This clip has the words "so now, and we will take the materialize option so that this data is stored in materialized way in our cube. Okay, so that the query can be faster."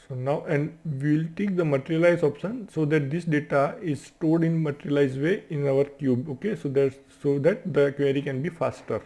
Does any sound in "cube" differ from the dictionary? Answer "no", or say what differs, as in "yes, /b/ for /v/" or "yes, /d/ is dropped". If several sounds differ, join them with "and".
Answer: no